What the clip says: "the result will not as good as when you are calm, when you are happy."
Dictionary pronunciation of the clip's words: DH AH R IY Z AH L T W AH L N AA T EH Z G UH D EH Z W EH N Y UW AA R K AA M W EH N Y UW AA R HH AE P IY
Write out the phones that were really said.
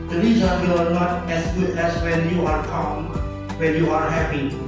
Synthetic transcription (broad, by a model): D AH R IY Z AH T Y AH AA N AA T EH S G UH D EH S W EH N Y UW AA R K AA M W EH N Y UW AA R HH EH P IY